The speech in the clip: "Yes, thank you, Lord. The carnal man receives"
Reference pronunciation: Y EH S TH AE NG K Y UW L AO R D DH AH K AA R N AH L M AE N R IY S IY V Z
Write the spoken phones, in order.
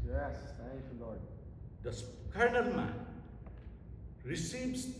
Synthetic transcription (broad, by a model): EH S T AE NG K Y UW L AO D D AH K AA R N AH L M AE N R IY S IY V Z